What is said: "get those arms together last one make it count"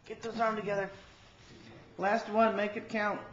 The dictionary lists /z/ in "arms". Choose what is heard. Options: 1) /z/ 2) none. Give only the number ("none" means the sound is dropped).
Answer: 2